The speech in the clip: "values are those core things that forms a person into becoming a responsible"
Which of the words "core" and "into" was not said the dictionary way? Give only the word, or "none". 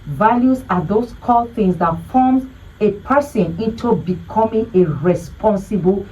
core